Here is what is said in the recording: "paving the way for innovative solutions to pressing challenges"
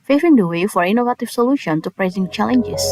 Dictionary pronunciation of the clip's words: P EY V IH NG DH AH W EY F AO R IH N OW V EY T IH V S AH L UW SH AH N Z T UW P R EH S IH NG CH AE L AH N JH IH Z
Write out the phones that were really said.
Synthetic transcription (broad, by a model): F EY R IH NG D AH W EY F AO R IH N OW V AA T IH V S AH L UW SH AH N T UW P R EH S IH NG CH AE L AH N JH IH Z